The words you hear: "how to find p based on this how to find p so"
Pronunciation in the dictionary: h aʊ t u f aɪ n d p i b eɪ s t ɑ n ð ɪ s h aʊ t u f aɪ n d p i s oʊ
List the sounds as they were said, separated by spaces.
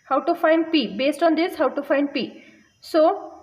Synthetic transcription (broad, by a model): h aʊ t u f aɪ n d p i b eɪ s t ɑ n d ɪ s h aʊ t u f aɪ n d p i s oʊ